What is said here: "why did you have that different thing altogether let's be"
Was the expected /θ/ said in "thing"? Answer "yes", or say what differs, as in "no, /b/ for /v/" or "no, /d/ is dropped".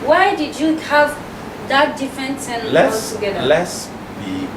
no, /s/ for /θ/